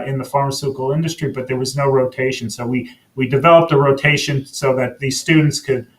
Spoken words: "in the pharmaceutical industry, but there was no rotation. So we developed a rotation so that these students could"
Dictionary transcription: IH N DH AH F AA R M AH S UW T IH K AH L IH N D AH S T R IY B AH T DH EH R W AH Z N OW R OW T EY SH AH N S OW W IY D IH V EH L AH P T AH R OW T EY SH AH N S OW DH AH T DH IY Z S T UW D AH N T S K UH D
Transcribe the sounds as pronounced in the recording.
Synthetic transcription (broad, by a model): IH N DH AH F AA R M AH S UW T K L IH N D AH S T R IY B AH T DH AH R W AH Z N OW R OW T EY SH AH N S OW W IY D IH V EH L AH P T AH R OW T EY SH AH N S OW DH AH T DH IY Z S T UW D N T S K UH D